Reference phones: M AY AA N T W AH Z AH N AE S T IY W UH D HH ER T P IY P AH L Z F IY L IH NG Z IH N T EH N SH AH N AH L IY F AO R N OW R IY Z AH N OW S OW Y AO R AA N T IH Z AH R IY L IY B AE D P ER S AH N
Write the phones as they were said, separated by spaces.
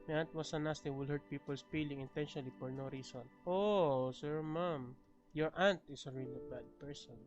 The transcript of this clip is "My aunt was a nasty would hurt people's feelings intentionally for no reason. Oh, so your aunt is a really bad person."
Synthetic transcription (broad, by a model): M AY AA N T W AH S AH N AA S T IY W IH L HH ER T P IY P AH L S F IY L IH NG IH N T EH N SH AH N AH L IY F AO R N OW R IY S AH N OW S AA Y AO R AA N T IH S AH R IY L IY B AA D P ER S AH N